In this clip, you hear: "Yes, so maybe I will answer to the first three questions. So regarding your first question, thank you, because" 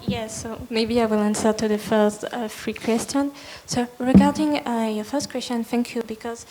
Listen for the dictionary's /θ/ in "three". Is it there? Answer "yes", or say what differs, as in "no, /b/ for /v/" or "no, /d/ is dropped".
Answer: no, /f/ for /θ/